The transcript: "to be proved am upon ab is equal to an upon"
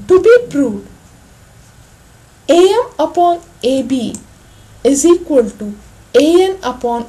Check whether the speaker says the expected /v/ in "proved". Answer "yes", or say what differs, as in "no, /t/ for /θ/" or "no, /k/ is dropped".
no, /v/ is dropped